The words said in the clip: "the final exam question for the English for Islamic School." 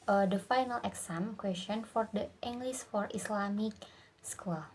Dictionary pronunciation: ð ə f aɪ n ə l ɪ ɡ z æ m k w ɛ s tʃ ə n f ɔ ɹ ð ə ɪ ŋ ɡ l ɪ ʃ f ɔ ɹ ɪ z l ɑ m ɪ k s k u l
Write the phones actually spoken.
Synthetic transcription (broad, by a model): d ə f aɪ n ə l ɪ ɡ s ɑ m k w ɛ s tʃ ə n f ɔ ɹ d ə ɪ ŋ ɡ l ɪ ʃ f ɔ ɹ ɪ s l ɑ m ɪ k s k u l